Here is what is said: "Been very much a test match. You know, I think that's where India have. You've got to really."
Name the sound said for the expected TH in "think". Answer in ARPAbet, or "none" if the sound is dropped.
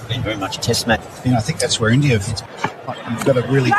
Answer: TH